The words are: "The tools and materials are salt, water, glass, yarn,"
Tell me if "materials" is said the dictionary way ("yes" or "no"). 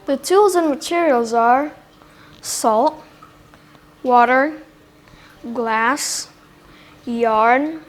yes